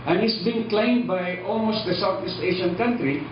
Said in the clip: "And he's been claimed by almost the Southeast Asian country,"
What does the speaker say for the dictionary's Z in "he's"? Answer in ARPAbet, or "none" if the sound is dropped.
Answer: S